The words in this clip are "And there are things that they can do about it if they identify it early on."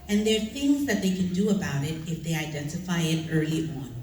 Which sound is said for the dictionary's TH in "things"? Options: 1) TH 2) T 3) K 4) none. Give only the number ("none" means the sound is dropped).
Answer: 1